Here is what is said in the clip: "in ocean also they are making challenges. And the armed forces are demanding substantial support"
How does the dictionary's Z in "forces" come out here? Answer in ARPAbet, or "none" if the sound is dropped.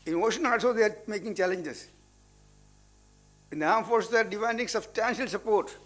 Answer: none